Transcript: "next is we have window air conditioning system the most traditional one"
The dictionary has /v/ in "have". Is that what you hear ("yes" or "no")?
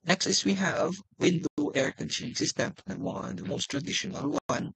yes